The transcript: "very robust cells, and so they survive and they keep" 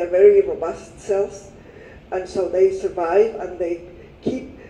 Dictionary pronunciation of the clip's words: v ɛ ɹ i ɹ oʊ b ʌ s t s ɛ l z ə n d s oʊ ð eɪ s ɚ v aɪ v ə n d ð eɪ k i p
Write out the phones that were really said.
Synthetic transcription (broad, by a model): v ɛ ɹ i ɹ oʊ b ʌ s t s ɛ l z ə n s oʊ ð eɪ s ɚ v aɪ v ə n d ð eɪ k i p